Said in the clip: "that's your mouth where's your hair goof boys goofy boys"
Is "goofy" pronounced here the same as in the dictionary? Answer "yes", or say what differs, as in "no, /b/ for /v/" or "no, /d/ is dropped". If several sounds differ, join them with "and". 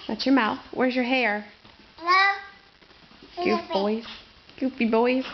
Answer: no, /p/ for /f/